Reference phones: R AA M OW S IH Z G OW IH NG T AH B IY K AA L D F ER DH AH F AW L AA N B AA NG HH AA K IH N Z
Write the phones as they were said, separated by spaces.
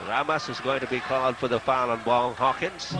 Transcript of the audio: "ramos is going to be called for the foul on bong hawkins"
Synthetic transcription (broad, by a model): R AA M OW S IH Z G OW IH NG T AH B IY K AA L D F ER DH AH F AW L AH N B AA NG HH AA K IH N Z